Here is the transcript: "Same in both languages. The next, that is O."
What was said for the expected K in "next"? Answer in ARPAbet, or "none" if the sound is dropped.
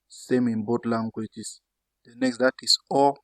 K